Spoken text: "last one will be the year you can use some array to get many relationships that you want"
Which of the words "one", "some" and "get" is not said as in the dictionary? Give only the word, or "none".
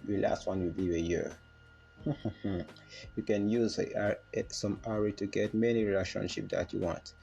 none